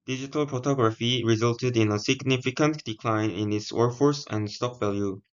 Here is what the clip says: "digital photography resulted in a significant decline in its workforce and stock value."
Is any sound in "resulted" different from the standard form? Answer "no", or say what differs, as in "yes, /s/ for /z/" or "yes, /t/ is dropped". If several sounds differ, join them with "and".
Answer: no